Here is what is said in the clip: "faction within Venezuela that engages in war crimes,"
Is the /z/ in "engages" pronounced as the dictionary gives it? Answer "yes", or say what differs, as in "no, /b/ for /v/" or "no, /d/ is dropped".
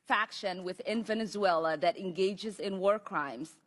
yes